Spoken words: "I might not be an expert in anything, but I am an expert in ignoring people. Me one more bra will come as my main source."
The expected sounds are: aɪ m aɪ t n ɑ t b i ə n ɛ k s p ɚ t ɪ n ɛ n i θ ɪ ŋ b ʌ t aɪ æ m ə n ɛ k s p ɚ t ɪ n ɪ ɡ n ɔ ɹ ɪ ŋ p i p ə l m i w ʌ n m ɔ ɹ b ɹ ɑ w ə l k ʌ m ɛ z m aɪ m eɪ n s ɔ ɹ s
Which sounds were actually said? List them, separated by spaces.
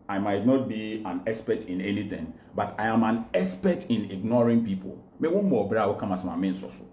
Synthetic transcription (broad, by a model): aɪ m aɪ t n ɑ t b i ə n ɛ s p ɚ t ɪ n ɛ n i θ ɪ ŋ b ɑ t aɪ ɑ m ə n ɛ s p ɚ t ɪ n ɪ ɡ n ɔ ɹ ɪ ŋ p i p ə l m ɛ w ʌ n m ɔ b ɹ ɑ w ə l k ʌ m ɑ s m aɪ m eɪ n s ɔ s